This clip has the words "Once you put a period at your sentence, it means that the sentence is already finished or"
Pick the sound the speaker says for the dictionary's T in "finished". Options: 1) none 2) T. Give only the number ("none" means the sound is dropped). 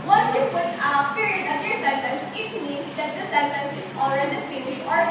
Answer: 1